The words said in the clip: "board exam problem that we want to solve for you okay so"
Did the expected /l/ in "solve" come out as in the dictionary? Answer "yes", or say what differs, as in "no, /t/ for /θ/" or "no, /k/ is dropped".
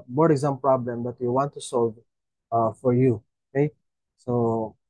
yes